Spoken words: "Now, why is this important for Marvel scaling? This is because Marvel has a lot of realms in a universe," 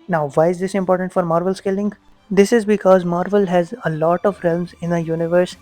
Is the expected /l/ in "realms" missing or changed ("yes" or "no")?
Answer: no